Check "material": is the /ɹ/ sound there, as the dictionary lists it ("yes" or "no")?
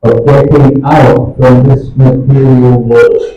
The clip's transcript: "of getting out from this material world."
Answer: yes